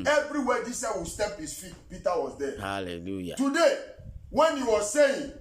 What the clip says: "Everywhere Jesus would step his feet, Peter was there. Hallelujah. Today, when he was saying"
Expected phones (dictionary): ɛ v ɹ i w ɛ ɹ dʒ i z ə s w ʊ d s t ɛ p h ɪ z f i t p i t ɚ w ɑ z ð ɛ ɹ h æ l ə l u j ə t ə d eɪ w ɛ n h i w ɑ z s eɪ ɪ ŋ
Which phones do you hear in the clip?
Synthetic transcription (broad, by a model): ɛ v ɹ i w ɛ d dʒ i s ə w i s t ɛ p h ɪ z f i t p i t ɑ w ɑ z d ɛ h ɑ l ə l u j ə t ə d eɪ w ɛ n h i w ɑ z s eɪ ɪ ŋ